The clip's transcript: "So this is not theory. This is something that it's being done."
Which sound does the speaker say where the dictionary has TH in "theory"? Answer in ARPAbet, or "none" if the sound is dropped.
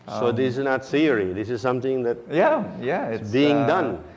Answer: S